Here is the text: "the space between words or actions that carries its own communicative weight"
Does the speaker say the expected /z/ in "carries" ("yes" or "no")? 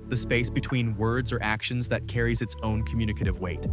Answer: yes